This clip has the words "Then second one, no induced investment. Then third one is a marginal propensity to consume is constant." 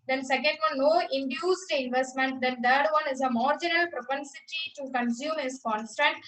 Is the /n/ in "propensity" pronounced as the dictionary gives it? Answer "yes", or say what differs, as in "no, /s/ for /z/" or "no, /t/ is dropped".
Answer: yes